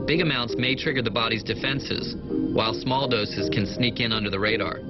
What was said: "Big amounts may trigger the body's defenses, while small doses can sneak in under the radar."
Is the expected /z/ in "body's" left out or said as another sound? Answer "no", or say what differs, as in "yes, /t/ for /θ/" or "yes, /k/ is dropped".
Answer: no